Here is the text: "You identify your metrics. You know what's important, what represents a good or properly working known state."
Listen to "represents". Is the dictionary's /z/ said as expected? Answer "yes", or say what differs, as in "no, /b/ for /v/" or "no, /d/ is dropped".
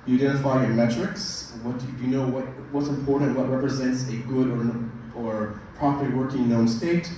yes